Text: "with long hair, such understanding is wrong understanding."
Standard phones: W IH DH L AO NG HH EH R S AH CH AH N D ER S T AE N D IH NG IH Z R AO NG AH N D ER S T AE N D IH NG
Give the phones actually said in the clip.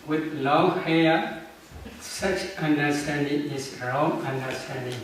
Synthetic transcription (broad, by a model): W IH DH L AO NG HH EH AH S AH CH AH N D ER S T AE N D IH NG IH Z R AO NG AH N D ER S T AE N D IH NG